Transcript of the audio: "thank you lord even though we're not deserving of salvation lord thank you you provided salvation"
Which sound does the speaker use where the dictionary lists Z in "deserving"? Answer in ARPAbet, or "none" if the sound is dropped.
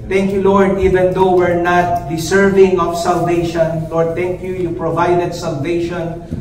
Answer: S